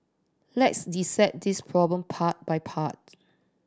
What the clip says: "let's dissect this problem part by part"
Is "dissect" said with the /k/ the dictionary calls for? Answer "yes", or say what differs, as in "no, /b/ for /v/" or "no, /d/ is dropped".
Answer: no, /k/ is dropped